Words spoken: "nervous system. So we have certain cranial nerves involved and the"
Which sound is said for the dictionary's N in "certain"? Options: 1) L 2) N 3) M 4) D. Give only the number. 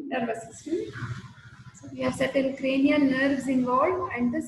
1